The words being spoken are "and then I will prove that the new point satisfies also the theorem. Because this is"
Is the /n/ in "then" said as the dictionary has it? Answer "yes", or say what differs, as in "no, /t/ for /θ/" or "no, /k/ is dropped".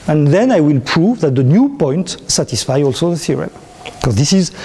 yes